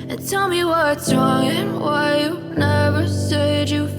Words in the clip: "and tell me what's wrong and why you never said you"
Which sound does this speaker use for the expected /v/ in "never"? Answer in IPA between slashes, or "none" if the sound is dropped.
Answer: /v/